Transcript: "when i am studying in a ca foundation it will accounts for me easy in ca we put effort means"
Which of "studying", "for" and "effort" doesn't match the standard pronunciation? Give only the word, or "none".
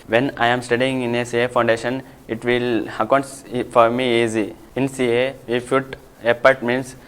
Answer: effort